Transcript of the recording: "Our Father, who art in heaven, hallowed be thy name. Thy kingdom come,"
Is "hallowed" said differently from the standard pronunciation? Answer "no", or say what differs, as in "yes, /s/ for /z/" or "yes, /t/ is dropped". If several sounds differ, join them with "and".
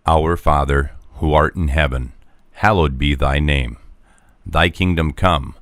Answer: no